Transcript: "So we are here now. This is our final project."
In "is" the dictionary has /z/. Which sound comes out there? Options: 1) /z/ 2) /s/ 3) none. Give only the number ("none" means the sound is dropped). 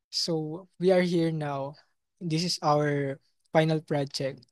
2